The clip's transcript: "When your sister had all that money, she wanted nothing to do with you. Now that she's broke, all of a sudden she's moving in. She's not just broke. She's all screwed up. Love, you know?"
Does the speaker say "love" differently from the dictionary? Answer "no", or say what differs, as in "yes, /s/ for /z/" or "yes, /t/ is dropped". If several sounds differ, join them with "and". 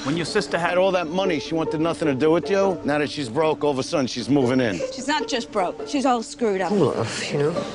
yes, /f/ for /v/